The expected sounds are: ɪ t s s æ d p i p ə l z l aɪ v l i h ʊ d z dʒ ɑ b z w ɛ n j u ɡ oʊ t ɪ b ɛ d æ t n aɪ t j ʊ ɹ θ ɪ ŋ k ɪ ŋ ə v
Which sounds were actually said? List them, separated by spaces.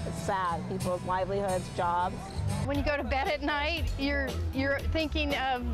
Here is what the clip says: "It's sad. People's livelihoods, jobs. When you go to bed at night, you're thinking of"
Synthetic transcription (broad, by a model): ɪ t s s æ d p i p l z l aɪ v l i h ʊ d z dʒ ɑ b z w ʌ n j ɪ ɡ oʊ t ɪ b ɛ d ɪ t n aɪ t j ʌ ɹ θ ɪ ŋ k ɪ ŋ ə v